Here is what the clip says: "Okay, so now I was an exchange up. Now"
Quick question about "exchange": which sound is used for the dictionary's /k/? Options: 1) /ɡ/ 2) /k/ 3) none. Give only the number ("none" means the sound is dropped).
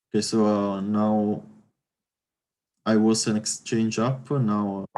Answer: 2